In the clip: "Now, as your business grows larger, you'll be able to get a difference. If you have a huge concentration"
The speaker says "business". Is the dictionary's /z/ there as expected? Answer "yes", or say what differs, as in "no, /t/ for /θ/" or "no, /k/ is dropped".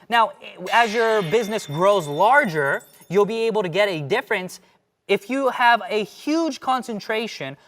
yes